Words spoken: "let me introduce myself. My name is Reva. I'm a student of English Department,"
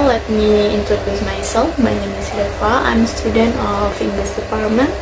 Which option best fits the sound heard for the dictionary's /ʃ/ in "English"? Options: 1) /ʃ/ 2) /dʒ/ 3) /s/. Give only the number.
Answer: 3